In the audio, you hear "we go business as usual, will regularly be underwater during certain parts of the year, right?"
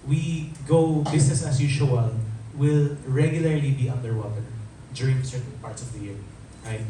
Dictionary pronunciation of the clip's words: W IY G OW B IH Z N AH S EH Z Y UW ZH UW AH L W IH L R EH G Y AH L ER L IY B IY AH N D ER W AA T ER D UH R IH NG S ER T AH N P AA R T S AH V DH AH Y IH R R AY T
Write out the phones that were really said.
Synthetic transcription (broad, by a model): W IY G OW B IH S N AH S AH S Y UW SH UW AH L W IH L R EH G Y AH L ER L IY B IY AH N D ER W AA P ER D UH R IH NG S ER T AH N P AA R T S AH V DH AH Y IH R R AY